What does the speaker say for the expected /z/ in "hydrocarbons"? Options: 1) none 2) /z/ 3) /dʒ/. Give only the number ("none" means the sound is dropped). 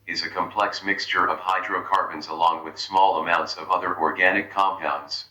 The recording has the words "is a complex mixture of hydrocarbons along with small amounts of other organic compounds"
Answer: 2